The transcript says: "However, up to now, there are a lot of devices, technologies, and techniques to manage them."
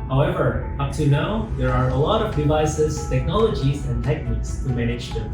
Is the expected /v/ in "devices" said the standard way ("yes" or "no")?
yes